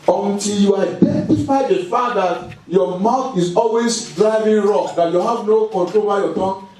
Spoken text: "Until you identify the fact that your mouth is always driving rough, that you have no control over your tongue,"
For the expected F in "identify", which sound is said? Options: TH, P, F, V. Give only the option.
P